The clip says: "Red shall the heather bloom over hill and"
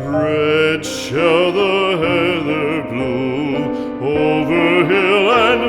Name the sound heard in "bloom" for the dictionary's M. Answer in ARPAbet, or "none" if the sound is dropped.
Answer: none